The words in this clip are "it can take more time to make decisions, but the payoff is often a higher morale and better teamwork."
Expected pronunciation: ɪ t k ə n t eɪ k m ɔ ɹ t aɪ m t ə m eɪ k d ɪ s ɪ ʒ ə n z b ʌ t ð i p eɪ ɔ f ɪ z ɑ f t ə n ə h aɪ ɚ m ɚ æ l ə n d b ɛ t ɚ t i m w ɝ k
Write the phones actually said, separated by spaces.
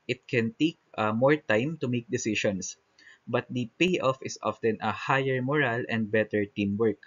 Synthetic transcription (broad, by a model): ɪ t k ə n t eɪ k m ɔ ɹ t aɪ m t ə m eɪ k d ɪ s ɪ ʃ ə n s b ʌ t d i p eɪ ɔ f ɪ s ɑ f t ə n ə h aɪ ɚ m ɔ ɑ l ə n d b ɛ t ɚ t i m w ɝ k